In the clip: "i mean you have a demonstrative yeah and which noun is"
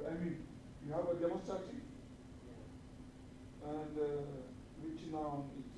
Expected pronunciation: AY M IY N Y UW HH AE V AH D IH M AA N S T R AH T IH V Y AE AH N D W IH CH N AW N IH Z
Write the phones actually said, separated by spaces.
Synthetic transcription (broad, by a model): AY M IY N Y UW HH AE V AH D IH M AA S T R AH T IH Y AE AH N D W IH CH N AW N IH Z